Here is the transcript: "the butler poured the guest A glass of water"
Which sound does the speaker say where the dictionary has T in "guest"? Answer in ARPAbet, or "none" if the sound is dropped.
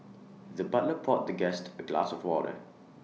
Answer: T